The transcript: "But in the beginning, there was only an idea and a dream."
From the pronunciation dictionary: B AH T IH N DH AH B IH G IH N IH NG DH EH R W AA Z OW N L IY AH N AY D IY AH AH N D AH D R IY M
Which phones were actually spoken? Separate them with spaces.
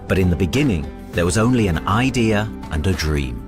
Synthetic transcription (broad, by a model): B AH T IH N DH AH B IH G IH N IH NG DH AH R W AA Z OW N L IY AH N AY D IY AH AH N AH D R IY M